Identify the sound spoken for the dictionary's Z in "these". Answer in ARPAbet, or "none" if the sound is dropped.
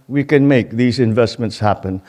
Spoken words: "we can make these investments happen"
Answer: Z